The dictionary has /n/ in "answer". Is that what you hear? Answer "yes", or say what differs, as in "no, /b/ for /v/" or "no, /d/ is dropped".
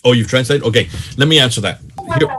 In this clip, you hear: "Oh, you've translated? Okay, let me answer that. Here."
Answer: yes